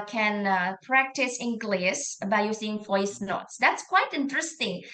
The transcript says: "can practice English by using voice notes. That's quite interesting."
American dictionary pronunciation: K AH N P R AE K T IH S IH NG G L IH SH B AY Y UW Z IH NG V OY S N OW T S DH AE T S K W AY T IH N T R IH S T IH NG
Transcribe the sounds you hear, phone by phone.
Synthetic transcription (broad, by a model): K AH N P R AE K T IH S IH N G L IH S B AY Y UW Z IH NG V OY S N OW T S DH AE T S K W AY T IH N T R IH S T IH NG